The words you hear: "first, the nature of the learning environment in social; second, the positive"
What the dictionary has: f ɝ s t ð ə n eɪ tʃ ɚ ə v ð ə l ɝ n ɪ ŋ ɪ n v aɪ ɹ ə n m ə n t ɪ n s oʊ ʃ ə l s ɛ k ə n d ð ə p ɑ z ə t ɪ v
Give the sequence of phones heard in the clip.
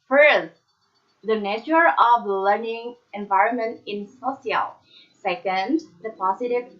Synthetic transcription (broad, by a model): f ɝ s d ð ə n eɪ tʃ ɚ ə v l ɝ n ɪ ŋ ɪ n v aɪ ɹ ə n m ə n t ɪ n s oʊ s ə l s ɛ k ə n d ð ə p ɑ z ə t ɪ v